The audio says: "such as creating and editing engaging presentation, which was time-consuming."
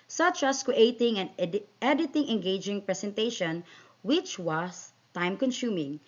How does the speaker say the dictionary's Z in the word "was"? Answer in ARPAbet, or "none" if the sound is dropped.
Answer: S